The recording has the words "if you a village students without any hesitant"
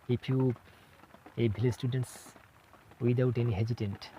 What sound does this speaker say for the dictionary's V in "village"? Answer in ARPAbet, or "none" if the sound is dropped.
B